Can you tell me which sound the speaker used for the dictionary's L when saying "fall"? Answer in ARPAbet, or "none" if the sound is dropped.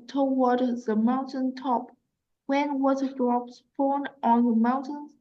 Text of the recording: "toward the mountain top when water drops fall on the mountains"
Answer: N